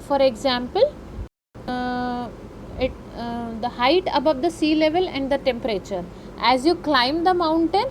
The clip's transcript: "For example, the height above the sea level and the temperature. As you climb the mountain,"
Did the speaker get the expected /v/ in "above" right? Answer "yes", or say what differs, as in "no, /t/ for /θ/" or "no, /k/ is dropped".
yes